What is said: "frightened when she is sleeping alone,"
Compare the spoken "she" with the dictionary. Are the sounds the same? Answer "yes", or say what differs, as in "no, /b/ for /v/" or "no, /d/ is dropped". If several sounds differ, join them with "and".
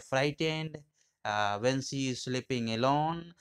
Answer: no, /s/ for /ʃ/